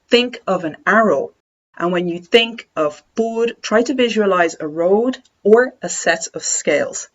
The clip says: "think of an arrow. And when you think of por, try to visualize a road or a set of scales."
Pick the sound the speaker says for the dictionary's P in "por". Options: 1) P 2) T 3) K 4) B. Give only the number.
4